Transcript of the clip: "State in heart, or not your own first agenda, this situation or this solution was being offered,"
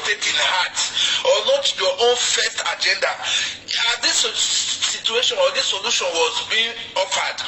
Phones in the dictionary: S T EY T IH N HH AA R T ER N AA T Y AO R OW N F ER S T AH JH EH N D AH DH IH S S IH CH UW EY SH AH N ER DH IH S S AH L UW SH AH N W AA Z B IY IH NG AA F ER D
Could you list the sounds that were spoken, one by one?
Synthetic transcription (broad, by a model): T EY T IH N HH AA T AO L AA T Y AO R OW N F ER S T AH JH EH N D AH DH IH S S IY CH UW EY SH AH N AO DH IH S S AH L UW SH AH N W AA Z B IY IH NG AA F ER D